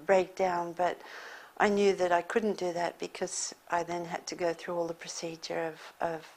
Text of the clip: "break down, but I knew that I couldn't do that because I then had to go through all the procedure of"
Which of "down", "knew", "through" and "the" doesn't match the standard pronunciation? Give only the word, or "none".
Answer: none